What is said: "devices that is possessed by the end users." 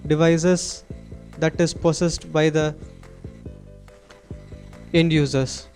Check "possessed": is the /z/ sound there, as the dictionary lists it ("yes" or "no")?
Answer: no